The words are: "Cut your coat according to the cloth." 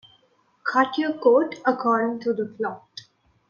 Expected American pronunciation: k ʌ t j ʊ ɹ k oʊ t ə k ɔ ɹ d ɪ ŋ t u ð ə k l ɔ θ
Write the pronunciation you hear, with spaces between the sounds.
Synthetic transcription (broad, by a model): k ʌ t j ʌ k oʊ t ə k ɔ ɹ d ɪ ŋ t u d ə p l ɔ t